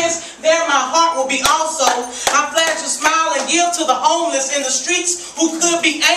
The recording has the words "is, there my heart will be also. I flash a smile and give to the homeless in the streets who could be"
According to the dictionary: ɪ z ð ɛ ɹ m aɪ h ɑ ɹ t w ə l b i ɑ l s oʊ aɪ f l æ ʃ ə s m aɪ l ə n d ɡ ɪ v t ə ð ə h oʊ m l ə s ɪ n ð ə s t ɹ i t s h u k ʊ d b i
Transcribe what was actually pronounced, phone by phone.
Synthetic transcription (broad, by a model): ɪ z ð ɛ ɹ m aɪ h ɑ ɹ t w ə l b i ɑ l s oʊ aɪ p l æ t ə s m aɪ l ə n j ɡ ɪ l t ə ð ə h oʊ m l ə s ɪ n ð ə s t ɹ i t s h u k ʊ d b i